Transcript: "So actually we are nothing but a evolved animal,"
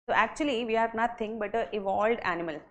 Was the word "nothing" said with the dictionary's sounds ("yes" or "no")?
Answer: no